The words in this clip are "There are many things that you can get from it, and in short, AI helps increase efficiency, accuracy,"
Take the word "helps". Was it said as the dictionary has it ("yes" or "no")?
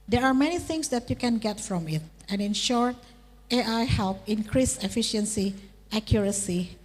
no